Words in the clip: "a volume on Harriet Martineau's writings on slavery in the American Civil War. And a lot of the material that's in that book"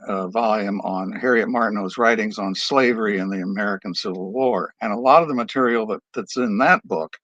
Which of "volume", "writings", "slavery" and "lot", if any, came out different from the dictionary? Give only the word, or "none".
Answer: none